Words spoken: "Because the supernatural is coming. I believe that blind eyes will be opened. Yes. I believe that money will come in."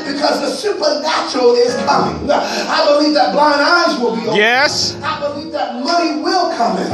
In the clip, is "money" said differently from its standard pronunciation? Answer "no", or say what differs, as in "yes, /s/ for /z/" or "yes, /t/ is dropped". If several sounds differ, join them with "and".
yes, /n/ is dropped